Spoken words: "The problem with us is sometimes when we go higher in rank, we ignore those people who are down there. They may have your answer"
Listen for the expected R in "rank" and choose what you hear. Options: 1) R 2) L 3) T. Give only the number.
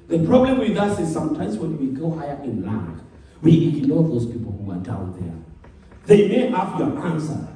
2